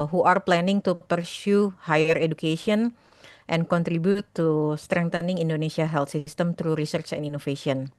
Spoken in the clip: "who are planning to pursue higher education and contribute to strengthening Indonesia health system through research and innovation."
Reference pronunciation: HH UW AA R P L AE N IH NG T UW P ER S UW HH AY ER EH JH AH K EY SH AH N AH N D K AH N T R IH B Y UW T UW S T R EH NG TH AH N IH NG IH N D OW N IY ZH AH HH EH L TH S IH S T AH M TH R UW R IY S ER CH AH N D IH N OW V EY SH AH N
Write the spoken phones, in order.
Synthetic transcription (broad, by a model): HH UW AA R P L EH N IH NG T UW P ER S UW HH AY ER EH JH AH K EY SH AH N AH N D K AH N T R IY B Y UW T UW S T R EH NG T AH N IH NG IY N D OW N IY S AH HH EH L T S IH S T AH M T R UW R IY S ER CH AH N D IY N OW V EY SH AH N